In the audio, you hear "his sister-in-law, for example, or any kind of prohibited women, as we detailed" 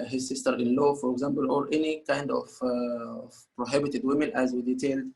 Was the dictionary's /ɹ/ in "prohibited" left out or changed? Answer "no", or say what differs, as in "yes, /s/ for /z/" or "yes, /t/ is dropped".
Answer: no